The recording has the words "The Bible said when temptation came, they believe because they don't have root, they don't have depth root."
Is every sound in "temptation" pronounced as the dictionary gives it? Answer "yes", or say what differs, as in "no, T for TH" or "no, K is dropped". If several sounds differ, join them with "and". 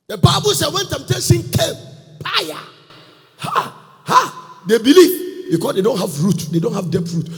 no, S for SH